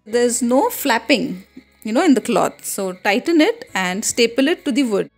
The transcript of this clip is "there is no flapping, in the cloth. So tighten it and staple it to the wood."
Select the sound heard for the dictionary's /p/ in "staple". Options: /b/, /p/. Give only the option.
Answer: /p/